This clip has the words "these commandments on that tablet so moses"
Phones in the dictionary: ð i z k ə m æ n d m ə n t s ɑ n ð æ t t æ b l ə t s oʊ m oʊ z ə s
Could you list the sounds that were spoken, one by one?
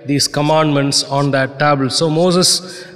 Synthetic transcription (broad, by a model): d i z k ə m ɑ n d m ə n t s ɑ n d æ t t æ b ə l s oʊ m oʊ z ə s